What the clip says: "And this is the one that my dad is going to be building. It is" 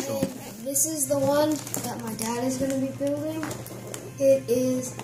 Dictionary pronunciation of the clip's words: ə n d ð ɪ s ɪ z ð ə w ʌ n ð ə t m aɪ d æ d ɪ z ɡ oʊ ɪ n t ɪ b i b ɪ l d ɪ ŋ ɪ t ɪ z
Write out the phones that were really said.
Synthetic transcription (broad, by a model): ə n ð ɪ s ɪ z ð ə w ʌ n ð ə t m aɪ d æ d ɪ z ɡ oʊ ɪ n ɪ b i b ɪ l d ɪ ŋ ɪ t ɪ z